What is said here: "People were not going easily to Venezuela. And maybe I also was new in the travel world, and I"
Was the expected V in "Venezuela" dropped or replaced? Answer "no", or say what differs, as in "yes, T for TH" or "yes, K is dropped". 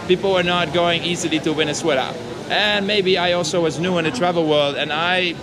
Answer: yes, W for V